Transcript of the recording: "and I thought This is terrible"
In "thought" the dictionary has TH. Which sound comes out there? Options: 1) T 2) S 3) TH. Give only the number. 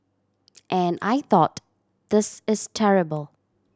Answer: 3